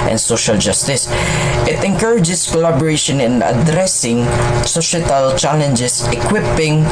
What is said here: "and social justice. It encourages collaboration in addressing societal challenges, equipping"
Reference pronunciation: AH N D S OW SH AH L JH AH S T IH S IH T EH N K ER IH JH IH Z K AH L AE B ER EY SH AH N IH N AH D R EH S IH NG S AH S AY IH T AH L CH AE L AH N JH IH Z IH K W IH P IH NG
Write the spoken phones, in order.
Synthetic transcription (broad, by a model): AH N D S OW SH AH L JH AH S T IH S IH T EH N K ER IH JH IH S K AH L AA B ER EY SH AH N IH N AH D R EH S IH NG S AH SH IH T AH L CH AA L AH N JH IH S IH K W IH P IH NG